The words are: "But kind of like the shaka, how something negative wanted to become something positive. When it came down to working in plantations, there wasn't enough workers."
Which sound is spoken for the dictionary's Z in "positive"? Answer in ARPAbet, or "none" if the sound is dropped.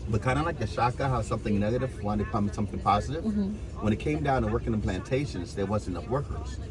Z